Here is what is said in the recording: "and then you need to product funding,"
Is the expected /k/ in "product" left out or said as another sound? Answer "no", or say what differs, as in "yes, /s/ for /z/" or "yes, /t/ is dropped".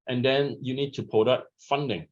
yes, /k/ is dropped